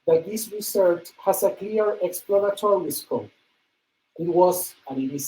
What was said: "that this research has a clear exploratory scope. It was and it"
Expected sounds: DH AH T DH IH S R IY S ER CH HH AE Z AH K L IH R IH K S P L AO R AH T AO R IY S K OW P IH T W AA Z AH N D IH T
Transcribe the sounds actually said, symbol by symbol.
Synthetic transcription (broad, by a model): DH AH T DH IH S R IY S ER CH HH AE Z AH K L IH R IH K S P L AO R AH T AO R IY S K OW IH T W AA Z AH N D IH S